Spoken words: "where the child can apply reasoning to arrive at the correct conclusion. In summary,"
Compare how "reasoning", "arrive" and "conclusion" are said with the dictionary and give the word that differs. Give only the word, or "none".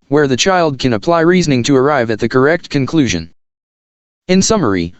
none